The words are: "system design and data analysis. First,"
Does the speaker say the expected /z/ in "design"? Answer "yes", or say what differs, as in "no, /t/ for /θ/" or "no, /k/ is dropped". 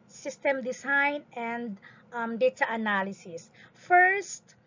no, /s/ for /z/